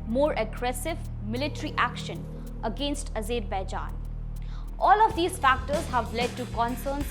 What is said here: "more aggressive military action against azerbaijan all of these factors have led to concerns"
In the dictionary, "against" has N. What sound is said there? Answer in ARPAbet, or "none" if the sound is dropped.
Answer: N